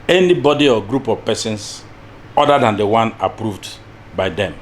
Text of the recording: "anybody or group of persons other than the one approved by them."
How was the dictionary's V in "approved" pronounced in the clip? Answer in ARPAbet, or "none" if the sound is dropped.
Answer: V